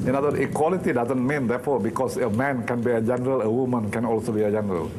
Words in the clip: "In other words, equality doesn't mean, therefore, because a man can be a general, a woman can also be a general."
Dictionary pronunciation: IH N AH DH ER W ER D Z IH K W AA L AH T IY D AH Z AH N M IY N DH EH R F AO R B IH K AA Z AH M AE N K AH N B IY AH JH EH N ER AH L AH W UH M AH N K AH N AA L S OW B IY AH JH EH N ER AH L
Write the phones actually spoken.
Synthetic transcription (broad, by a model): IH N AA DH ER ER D IH K W AA L AH T IY D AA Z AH N M IY N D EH F AO B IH K AA S AH M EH N K AH N B IY AH JH EH N ER AH L AH W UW M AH N K AH N AA L S OW B IY AH JH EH N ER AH L